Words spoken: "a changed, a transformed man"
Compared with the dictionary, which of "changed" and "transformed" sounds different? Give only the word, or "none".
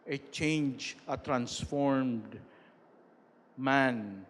changed